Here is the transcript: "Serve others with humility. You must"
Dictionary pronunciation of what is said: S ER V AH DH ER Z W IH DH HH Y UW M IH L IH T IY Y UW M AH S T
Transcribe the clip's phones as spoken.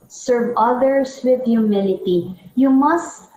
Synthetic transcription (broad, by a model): S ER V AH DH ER S W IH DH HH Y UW M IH L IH T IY Y UW M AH S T